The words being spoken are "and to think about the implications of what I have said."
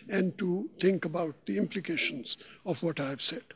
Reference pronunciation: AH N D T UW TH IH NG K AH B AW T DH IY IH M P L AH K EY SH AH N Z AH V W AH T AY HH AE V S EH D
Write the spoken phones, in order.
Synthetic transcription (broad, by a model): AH N D T UW T IH NG K AH B AW T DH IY IH M P L AH K EY SH AH N Z AH V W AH T AY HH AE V S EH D